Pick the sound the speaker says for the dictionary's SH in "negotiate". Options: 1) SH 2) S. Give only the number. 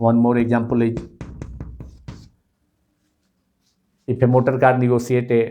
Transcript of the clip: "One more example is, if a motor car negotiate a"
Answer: 2